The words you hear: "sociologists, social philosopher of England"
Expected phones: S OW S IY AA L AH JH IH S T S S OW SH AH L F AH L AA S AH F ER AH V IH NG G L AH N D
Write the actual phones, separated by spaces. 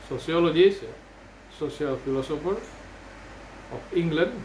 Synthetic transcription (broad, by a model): S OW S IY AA L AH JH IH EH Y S S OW S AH L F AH L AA S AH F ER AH P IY NG G L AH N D